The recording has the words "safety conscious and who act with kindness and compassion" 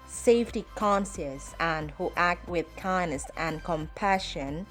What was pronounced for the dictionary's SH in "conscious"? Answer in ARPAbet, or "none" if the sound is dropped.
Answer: S